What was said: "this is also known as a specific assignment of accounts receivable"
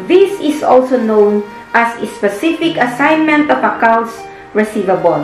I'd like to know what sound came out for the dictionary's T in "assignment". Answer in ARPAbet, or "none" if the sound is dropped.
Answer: T